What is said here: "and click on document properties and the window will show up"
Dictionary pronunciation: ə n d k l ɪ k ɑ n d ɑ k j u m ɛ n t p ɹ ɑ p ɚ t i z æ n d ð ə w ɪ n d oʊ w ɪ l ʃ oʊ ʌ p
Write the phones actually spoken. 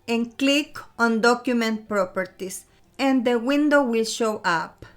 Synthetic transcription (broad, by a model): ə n k l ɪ k ɑ n d ɑ k j u m ɛ n t p ɹ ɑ p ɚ t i s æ n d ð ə w ɪ n d oʊ w ɪ l ʃ oʊ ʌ p